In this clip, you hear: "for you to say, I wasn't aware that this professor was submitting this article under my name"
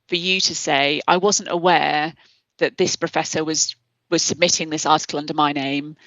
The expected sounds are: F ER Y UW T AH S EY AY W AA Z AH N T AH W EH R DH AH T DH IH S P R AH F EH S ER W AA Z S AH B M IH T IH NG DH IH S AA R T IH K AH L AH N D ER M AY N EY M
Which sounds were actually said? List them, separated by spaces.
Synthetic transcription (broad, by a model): F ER Y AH T AH S EY AY W AA Z AH N T AH W EH DH AH T DH IH S P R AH F EH S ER W AA Z S AH B M IH T IH NG DH IH S AA T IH K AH L AH N D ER M AY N EY M